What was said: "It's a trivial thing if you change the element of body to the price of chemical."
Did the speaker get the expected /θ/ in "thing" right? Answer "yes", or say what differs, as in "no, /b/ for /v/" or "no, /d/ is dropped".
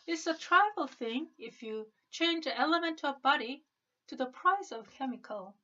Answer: yes